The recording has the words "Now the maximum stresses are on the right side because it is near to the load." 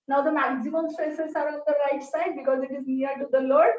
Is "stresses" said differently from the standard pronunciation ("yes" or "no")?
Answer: yes